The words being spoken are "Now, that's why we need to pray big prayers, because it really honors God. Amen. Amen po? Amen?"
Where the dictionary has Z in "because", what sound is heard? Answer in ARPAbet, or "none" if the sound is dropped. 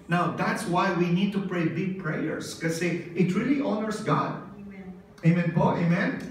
none